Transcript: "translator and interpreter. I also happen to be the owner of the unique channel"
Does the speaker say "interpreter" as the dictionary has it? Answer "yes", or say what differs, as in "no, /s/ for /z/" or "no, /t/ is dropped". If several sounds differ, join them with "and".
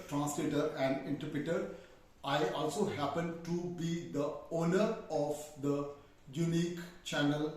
yes